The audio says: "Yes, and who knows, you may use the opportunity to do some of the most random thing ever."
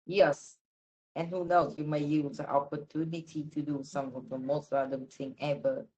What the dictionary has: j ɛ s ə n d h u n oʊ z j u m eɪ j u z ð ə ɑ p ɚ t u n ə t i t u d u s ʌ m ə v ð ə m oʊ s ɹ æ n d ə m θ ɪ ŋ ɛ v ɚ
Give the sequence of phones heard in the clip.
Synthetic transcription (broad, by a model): j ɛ s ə n h u n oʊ s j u m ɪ j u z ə ɑ p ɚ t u n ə t i t u d u s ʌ m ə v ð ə m oʊ s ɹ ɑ d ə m t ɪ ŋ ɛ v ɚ